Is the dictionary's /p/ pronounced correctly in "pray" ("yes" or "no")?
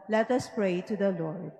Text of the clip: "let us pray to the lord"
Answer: yes